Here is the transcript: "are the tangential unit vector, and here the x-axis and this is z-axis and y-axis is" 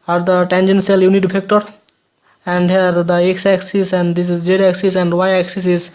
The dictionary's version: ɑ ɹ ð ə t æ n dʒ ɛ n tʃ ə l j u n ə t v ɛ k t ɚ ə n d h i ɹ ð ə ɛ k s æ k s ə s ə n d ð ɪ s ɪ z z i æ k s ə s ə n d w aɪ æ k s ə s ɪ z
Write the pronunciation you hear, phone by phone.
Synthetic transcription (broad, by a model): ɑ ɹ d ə t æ n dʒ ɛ n s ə l j u n ə t p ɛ k t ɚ ə n d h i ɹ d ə ɛ k s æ k s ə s ə n d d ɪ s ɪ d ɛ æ k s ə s ə n d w aɪ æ k s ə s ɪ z